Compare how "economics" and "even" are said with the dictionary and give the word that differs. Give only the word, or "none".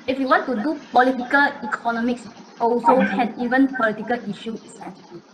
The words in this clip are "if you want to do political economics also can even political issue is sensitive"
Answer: none